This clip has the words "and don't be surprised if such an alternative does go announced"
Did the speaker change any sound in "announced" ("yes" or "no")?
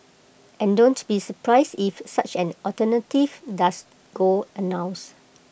yes